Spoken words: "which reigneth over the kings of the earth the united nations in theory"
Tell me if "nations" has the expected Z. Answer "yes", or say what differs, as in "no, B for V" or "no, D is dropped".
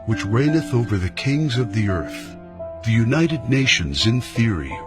yes